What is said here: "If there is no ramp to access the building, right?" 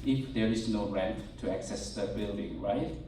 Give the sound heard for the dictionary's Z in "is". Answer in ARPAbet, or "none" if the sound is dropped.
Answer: S